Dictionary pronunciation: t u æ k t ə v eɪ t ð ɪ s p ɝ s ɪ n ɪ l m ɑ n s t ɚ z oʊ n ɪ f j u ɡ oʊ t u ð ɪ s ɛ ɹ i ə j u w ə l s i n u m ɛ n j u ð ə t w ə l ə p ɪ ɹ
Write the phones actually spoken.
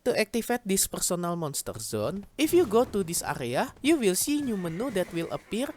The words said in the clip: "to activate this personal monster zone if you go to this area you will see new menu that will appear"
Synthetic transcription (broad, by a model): t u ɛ k t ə f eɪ t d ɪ s p ɝ s ɪ n ɪ l m ɑ n s t ɚ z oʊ n ɪ f j u ɡ oʊ t u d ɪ s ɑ ɹ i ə j u w ə l s i n u m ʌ n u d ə t w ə l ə p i ɹ